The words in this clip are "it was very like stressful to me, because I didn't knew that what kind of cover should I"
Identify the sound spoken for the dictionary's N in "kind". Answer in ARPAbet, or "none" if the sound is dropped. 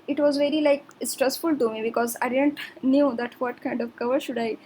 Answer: N